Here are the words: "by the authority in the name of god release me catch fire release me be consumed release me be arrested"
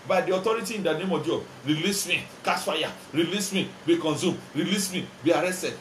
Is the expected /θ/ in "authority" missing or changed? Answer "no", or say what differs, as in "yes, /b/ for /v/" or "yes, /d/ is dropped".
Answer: yes, /t/ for /θ/